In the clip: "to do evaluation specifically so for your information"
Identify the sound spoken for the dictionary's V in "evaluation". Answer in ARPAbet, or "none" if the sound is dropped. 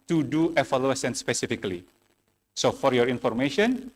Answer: F